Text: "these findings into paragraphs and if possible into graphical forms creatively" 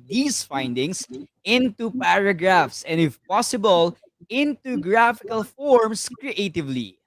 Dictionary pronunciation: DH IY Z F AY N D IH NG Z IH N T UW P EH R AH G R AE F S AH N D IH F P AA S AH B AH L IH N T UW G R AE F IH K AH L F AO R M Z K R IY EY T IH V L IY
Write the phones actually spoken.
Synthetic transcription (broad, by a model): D IY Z F AY N D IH NG S IH N T UW P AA R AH G R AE F S AH N D IH F P AA S AH B AH L IH N T UW G R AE F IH K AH L F AO R M S K R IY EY T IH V L IY